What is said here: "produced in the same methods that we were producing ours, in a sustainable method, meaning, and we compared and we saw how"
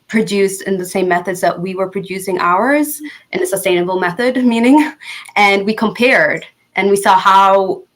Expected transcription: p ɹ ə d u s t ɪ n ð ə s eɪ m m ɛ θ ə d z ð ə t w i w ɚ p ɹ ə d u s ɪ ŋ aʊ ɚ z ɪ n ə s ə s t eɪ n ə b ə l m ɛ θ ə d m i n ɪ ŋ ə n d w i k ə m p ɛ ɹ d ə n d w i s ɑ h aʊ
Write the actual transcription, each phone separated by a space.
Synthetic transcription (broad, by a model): p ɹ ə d u s t ɪ n ð ə s eɪ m m ɛ θ ə d z ð ə t w i w ɚ p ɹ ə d u s ɪ ŋ aʊ ɚ z ɪ n ə s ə s t eɪ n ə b l m ɛ θ ə d m i n ɪ ŋ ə n w i k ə m p ɛ ɹ d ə n w i s ɑ h aʊ